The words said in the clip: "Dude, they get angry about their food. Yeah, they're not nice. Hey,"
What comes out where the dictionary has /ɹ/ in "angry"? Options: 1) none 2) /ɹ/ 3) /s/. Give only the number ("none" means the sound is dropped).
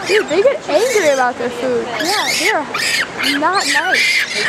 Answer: 2